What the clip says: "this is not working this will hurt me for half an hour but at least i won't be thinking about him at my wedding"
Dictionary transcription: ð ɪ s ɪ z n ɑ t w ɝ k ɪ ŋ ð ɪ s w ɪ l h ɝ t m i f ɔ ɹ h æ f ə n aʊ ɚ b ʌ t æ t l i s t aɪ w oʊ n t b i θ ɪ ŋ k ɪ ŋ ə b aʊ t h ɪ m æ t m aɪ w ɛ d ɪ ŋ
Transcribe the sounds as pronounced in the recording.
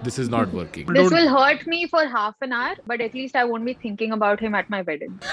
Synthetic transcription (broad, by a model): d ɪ s ɪ z n ɑ t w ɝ k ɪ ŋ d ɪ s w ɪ l h ɝ t m i f ɔ ɹ h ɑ f ə n aʊ ɚ b ʌ t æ t l i s t aɪ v oʊ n t b i t ɪ ŋ k ɪ ŋ ə b aʊ t h ɪ m æ t m aɪ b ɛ d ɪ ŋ